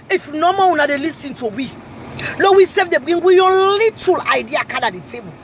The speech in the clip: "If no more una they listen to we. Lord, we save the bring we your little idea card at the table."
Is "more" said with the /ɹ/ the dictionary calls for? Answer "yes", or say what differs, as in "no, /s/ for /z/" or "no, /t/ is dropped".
no, /w/ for /ɹ/